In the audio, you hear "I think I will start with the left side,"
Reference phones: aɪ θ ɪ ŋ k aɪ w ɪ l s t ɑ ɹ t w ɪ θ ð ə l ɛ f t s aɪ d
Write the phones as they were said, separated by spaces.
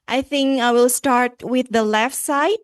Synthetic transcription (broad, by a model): aɪ θ ɪ ŋ k aɪ w ɪ l s t ɑ ɹ t w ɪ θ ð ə l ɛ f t s aɪ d